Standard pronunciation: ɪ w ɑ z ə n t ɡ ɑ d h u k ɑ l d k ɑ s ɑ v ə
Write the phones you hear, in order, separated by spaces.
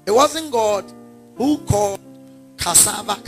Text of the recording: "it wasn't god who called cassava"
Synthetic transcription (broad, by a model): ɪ w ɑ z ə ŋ ɡ ɑ d h u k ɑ d k ɑ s ɑ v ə